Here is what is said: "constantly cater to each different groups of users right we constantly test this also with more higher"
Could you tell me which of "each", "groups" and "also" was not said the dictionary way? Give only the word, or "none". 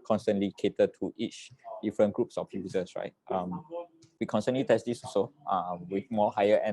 also